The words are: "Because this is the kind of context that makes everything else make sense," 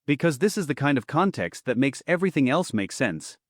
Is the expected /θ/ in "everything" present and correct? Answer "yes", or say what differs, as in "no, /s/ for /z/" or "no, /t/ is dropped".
yes